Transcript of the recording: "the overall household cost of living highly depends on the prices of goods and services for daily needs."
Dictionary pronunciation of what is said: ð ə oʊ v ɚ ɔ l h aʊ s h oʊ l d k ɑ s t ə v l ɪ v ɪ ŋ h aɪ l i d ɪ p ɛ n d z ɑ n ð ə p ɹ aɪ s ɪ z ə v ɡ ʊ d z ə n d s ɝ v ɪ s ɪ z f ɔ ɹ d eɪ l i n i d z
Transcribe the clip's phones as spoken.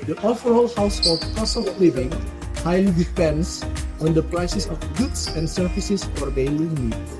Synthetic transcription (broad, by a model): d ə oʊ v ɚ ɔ l h aʊ s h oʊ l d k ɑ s ə f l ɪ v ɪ ŋ h aɪ l i d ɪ p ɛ n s ɑ n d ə p ɹ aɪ s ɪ s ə f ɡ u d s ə n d s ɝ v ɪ s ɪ s f ɔ ɹ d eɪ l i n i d